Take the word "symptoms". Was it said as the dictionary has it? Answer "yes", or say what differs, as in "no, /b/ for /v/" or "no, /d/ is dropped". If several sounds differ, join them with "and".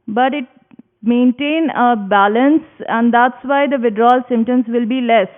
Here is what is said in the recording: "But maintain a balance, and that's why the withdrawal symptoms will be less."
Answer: no, /p/ is dropped